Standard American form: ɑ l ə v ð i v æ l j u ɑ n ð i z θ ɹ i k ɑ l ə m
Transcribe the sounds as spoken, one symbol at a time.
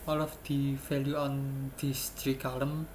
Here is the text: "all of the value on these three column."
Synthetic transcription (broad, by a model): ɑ l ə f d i f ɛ l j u ɑ n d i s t ɹ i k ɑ l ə m